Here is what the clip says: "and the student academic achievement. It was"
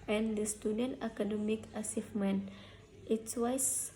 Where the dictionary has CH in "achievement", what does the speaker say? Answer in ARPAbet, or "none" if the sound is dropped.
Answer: S